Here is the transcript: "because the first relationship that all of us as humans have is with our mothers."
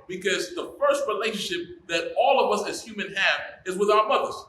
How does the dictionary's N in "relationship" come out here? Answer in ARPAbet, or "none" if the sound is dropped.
N